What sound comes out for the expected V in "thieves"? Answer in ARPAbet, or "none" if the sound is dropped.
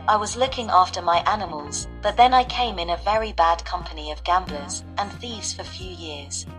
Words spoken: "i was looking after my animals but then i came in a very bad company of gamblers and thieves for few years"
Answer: V